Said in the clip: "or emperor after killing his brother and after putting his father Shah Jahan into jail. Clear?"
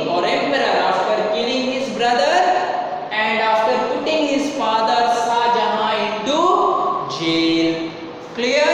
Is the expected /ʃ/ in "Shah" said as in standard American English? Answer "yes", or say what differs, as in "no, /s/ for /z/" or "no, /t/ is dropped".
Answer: no, /s/ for /ʃ/